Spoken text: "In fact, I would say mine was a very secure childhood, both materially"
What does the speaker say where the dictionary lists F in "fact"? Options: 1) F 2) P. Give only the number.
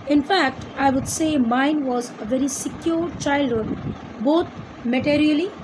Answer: 1